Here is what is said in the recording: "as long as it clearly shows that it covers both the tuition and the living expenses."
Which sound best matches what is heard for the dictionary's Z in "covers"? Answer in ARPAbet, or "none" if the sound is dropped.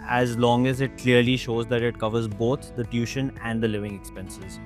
Z